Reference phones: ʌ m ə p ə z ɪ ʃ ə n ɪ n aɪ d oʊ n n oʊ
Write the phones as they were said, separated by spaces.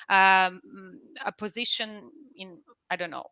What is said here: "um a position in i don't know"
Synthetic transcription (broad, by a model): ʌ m ə p ə z ɪ ʃ ə n ɪ n aɪ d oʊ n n oʊ